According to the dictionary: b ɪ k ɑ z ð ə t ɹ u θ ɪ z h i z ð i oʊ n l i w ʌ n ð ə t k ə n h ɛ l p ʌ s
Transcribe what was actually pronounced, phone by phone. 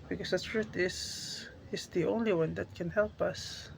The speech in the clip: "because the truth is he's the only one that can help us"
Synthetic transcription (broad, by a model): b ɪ k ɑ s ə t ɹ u t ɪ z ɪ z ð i oʊ n l i w ʌ n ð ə t k ə n h ɛ l p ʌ s